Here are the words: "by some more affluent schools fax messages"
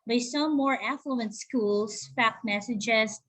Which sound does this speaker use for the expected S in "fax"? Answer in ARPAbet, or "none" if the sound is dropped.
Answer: none